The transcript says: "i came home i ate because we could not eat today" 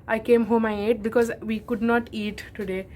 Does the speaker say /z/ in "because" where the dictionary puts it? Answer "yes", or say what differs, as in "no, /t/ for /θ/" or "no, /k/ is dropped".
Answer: yes